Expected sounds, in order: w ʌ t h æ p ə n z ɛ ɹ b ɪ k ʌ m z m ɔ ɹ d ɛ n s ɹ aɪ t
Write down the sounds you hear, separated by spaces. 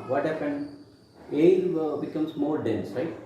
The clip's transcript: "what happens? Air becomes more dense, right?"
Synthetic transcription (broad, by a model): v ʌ t h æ p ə n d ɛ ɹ b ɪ k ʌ m s m ɔ ɹ d ɛ n s ɹ aɪ t